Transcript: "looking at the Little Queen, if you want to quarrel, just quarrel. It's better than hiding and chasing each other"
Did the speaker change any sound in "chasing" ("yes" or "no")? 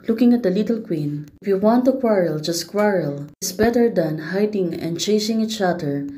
no